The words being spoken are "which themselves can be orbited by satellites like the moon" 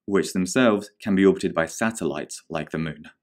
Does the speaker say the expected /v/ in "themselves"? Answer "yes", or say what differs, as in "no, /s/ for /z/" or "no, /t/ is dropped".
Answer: yes